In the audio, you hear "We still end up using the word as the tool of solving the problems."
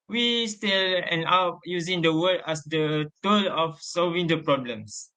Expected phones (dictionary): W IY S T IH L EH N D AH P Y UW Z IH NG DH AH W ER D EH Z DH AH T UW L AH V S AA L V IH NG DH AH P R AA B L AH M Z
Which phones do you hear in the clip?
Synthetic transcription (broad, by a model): W IY S T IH L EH N AA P Y UW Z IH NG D AH W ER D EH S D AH T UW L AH F S AA L V IH NG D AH P R AA B L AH M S